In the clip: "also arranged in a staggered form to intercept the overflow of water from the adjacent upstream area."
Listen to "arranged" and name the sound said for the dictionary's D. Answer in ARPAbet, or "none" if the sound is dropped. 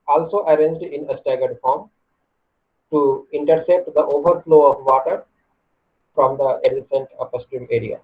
D